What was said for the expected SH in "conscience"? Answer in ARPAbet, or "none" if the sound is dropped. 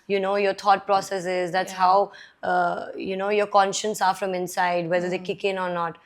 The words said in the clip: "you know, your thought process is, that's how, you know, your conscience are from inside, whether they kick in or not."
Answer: SH